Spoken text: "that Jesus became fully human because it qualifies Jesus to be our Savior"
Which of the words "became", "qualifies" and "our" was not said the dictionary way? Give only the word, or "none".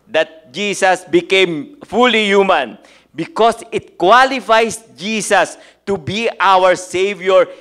qualifies